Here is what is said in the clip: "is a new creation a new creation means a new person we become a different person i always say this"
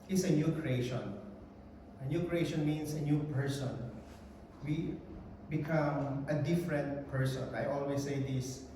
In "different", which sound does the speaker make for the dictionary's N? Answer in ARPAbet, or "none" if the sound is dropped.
N